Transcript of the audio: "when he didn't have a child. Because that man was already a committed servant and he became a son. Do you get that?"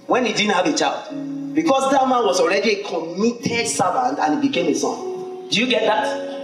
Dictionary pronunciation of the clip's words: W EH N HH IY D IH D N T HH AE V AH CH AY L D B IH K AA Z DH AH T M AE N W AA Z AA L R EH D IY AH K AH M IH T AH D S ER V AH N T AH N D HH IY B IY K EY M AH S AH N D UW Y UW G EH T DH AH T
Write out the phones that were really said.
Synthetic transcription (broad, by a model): W EH N HH IY D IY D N T HH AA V AH CH AY L D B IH K AA S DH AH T M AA N W AA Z AA L R EH D IY AH K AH M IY T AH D S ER V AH N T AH N HH IY B IY K EY M AH S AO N D UW Y UW G EH T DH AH T